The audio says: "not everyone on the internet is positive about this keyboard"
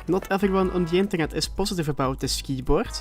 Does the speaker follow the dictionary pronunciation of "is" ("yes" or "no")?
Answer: no